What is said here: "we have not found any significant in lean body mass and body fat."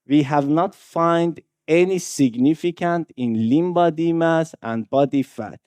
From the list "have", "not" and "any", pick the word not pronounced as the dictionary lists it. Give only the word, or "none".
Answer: none